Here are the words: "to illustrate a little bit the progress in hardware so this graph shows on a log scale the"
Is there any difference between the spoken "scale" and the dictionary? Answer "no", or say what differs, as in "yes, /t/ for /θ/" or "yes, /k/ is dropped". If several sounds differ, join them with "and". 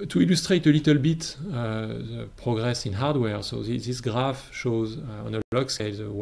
yes, /k/ is dropped